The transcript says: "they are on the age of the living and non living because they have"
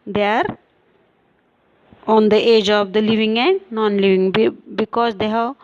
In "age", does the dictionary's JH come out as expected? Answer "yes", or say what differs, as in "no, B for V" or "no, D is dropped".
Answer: yes